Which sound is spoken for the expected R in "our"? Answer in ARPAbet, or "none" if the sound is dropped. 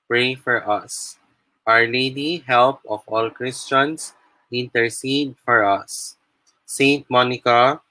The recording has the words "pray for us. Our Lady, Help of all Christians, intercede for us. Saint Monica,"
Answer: R